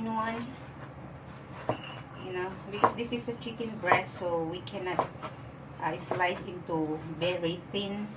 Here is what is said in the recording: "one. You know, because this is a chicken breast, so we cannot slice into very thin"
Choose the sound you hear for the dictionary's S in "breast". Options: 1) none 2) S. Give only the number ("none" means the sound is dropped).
1